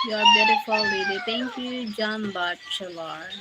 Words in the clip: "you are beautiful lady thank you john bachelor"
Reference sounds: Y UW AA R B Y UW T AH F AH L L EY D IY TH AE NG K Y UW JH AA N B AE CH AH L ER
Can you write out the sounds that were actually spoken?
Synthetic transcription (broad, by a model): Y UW AA R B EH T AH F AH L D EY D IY T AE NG K Y UW JH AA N B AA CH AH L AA